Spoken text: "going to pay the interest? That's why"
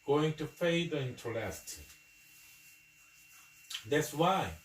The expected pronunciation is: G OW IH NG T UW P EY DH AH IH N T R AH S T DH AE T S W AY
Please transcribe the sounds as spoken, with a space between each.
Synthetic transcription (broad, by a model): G OW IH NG T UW F EY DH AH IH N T L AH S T DH AE T S W AY